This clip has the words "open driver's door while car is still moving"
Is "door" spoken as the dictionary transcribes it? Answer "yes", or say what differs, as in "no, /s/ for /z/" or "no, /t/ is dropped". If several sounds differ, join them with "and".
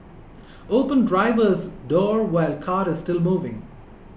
yes